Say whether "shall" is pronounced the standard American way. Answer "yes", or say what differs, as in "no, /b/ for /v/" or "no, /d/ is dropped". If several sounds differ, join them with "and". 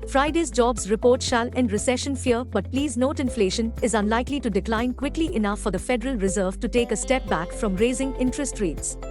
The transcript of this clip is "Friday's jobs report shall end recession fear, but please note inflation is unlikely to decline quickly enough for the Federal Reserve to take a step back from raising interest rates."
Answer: yes